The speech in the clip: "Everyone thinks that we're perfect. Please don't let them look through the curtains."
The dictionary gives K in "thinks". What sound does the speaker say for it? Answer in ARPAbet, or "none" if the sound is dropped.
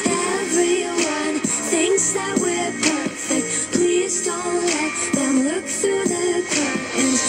K